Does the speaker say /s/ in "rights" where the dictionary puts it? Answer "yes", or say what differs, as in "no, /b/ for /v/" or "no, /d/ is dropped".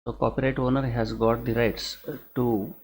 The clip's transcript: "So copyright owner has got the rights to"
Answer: yes